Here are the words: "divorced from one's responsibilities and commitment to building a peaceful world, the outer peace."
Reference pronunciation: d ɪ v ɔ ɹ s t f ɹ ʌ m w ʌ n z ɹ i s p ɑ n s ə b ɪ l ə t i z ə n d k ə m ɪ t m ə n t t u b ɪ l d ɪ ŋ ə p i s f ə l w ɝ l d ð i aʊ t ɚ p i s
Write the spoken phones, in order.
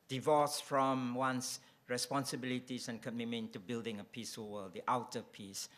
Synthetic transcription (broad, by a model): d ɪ v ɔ s f ɹ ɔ m w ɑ n s ɹ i s p ɑ n s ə b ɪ l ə t i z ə n k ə m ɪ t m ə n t t u b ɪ l d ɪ ŋ ə p i s ə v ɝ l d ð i aʊ t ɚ p i s